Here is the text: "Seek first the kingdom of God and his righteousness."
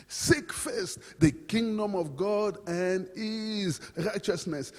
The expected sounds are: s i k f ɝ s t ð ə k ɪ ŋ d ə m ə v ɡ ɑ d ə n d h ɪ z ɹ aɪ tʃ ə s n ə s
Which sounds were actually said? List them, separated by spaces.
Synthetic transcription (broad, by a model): s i k f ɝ s t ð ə k ɪ ŋ d ə m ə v ɡ ɑ d ə n d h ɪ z ɹ aɪ tʃ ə s n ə s